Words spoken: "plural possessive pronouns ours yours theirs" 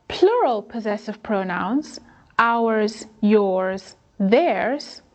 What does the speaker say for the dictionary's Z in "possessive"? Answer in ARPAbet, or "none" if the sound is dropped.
Z